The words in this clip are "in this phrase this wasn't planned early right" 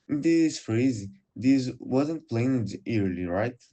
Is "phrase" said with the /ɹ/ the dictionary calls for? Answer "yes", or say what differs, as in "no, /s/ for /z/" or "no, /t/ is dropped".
yes